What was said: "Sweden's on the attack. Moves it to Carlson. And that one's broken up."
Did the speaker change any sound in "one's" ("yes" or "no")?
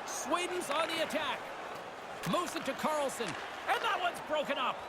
no